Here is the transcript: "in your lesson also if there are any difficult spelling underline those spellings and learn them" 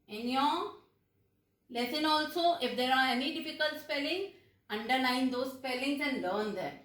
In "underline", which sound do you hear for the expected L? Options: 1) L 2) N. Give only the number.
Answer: 2